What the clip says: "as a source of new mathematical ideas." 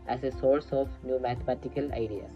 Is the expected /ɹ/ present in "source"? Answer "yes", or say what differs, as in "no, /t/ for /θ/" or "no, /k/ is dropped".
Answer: yes